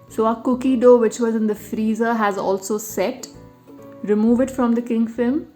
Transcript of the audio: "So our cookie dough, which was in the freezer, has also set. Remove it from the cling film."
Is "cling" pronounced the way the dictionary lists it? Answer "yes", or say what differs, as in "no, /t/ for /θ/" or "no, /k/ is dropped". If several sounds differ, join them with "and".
no, /l/ is dropped